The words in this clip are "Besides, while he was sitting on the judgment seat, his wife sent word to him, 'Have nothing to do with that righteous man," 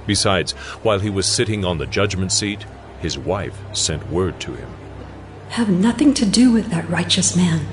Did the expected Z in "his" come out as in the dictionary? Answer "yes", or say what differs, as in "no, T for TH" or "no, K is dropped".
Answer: yes